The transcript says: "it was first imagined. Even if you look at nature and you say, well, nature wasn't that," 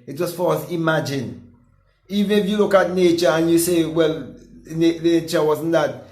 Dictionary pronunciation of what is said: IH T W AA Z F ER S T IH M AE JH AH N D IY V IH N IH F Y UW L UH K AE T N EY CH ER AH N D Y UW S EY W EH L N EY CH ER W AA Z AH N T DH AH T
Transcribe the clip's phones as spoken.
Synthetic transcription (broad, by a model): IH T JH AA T F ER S IH M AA JH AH N IY V IH N IH F Y UW L UH K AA T N EY CH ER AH N Y UW S EY W EH L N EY CH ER W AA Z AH N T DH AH T